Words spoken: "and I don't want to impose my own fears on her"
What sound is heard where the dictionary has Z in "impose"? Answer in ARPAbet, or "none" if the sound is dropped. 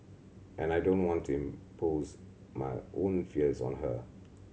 Z